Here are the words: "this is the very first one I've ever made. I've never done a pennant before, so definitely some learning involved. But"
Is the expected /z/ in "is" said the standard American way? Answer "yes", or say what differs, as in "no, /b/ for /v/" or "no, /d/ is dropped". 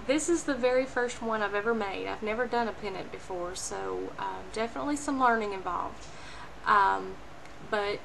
yes